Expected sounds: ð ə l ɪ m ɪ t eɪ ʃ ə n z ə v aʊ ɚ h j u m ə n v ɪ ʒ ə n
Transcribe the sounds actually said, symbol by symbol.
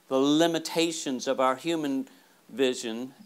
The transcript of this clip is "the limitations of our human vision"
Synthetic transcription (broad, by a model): ð ə l ɪ m ɪ t eɪ ʃ ə n z ə v aʊ ɚ h j u m ə n v ɪ ʒ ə n